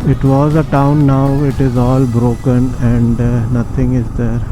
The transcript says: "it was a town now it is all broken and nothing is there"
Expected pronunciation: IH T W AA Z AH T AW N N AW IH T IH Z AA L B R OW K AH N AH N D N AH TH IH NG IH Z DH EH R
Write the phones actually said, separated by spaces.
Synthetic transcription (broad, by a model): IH T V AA Z AH T AW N N AW IH T IH Z AA L B R OW K AH N AH N D N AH T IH NG IH Z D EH R